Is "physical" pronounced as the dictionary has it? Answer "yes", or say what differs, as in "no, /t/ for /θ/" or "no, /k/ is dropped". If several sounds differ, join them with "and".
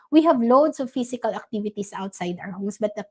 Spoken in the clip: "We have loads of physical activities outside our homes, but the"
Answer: no, /s/ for /z/